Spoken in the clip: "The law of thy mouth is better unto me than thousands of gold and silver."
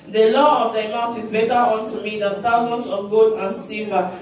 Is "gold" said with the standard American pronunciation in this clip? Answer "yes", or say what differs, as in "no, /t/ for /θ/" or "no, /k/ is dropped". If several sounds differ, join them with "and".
no, /l/ is dropped